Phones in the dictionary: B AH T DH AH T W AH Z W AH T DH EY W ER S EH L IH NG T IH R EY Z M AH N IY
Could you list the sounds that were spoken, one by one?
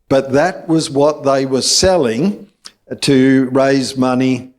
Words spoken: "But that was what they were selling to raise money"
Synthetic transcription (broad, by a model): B AH T DH AH T W AH Z W AH T DH EY W ER S EH L IH NG T IH R EY Z M AH N IY